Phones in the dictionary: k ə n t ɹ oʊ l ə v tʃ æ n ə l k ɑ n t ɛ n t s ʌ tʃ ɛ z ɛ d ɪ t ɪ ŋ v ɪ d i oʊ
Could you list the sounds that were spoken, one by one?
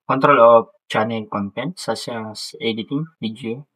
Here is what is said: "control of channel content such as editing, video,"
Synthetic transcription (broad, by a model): k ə n t ɹ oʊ l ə f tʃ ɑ n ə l k ɑ n t ɛ n t s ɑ s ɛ s ɛ d ɪ t ɪ ŋ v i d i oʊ